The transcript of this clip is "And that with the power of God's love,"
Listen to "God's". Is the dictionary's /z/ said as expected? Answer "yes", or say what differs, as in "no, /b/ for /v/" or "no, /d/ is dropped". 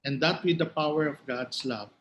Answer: no, /s/ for /z/